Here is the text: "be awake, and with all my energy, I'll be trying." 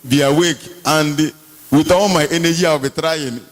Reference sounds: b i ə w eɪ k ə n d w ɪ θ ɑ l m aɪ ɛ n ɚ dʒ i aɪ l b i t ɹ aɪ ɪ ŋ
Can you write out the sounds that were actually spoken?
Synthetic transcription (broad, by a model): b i ə w eɪ k ə n d w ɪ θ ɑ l m aɪ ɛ n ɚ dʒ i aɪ w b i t ɹ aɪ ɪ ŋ